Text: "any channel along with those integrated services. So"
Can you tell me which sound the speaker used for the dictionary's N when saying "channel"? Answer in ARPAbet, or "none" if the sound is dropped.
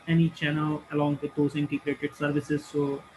N